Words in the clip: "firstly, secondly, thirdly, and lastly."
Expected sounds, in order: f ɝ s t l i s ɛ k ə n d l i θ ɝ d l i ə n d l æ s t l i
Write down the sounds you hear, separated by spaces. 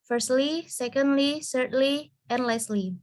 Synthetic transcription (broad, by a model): f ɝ s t l i s ɛ k ə n d l i s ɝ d l i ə n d l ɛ s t l i